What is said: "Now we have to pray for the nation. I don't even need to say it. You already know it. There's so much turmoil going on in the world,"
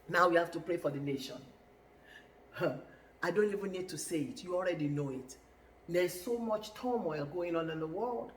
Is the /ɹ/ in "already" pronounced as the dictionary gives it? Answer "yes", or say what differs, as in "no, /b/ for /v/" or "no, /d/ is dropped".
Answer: yes